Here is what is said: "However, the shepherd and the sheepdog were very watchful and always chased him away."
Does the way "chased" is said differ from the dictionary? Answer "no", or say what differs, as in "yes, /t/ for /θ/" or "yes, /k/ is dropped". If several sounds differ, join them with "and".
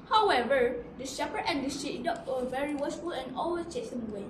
yes, /t/ is dropped